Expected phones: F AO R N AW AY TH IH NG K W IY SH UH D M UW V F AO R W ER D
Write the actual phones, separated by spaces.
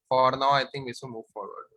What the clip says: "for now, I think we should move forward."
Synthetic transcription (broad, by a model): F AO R N AW AY T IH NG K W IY S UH M UW V F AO R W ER D